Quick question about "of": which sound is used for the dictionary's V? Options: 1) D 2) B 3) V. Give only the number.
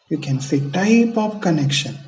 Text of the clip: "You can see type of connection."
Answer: 2